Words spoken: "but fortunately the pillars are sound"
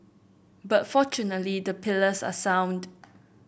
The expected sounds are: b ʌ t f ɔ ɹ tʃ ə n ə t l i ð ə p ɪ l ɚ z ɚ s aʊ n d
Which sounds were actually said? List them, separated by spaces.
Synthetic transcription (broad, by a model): b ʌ t f ɔ tʃ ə n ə t l i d ə p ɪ l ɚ s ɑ s aʊ n d